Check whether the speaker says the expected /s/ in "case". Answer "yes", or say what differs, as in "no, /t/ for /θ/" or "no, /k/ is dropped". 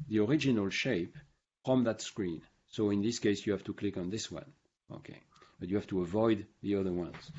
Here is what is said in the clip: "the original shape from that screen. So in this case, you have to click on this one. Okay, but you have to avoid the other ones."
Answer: yes